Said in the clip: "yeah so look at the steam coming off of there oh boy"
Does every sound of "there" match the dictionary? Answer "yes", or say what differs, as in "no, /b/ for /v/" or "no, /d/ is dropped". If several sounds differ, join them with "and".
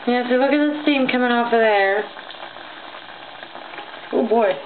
no, /w/ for /ɹ/